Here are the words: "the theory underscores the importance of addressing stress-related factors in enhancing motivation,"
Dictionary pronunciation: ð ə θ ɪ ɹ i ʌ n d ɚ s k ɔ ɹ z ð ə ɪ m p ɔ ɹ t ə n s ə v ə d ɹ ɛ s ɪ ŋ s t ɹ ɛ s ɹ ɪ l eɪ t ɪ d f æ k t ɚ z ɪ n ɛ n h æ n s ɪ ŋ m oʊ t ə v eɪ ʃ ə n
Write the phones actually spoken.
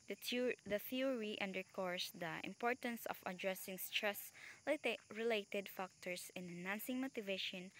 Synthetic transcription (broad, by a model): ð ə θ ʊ ɹ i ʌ n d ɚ k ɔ ɹ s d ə ɪ m p ɔ ɹ t ə n s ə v ə d ɹ ɛ s ɪ ŋ s t ɹ ɛ s ɹ ɪ l eɪ t ɪ d f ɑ k t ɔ s ɪ n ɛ n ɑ n s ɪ ŋ m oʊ t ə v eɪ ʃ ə n